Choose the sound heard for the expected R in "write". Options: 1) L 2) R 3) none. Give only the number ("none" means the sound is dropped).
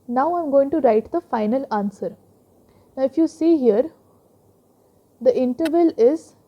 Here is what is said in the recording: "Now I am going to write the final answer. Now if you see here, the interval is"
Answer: 2